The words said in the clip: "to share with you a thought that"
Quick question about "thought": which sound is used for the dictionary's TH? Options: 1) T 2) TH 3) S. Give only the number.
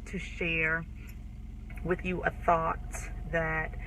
2